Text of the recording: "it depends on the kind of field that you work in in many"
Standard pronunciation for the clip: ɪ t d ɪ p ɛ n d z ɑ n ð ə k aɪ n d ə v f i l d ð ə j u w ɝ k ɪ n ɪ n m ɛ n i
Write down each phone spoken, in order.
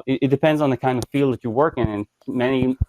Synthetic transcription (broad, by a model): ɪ t d ɪ p ɛ n d z n ð ə k aɪ n d ə v f i l d ð ə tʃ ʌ w ɝ k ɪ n ɪ n m ɛ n i